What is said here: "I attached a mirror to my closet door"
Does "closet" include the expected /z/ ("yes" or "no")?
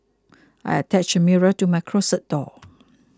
no